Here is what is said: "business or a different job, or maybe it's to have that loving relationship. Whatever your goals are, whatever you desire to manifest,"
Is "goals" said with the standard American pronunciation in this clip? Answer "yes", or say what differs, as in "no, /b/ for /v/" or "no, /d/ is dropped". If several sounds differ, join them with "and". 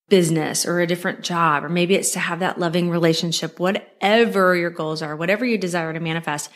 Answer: yes